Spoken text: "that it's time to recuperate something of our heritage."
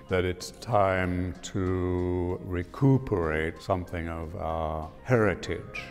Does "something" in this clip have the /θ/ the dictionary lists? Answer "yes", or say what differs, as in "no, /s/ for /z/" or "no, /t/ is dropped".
yes